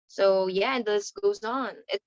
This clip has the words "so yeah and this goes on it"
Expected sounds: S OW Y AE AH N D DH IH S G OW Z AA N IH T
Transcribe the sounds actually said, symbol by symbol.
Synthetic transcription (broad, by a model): S OW Y AE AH N DH IH S G OW Z N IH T